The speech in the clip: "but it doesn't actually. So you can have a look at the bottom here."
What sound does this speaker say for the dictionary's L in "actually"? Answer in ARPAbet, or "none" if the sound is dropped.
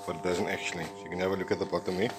none